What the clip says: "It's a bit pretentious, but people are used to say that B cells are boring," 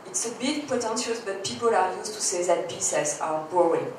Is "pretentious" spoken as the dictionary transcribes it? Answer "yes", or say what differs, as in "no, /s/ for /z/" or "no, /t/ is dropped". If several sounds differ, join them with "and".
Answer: no, /ɹ/ is dropped